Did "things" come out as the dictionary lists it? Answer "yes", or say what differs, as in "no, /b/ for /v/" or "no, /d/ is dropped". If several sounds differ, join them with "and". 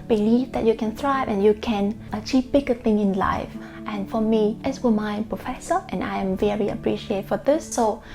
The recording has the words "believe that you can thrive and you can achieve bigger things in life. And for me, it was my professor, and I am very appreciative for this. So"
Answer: no, /z/ is dropped